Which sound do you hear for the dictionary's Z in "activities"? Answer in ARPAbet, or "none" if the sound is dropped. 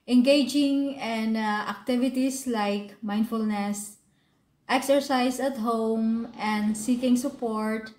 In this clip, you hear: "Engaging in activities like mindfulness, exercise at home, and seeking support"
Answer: S